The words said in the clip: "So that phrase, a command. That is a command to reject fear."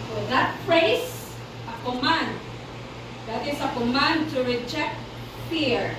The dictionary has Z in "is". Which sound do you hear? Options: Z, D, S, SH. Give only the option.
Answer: S